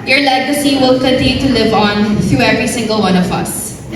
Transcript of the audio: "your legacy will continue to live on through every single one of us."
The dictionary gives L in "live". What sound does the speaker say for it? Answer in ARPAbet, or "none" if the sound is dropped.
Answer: L